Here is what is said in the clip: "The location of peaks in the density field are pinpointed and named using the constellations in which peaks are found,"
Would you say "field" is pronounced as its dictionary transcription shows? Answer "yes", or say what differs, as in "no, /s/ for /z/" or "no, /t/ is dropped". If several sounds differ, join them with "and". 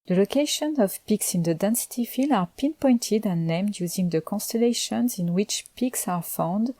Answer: no, /d/ is dropped